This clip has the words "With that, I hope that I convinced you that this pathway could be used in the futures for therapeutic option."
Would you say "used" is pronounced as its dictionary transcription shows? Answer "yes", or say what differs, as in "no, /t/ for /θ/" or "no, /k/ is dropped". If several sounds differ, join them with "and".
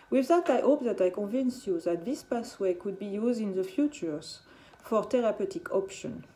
yes